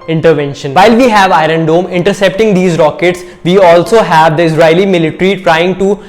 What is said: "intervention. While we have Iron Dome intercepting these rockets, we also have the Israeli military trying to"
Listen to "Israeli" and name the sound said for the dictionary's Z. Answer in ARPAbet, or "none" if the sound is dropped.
S